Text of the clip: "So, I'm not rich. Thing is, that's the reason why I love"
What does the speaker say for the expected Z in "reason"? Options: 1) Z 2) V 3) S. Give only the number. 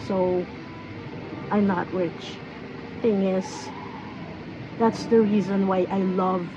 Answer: 1